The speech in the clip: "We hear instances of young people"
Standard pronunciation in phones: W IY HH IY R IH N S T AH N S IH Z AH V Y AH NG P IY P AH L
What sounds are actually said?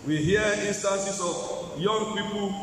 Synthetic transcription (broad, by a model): W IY HH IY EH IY N S T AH N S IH S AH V Y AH NG P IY P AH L